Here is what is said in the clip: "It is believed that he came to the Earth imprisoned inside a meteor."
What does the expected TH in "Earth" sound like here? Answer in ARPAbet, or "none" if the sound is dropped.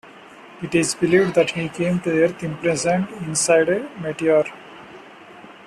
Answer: T